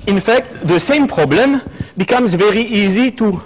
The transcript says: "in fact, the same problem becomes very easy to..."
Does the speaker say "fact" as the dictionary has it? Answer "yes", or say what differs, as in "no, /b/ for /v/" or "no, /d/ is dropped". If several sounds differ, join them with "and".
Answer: yes